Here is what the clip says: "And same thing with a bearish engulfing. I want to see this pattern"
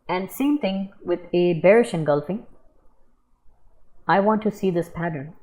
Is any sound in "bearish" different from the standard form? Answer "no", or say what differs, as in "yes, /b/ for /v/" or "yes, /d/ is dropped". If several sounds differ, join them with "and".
no